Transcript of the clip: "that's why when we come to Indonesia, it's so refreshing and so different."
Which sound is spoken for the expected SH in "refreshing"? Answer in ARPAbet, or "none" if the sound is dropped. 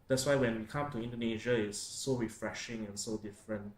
SH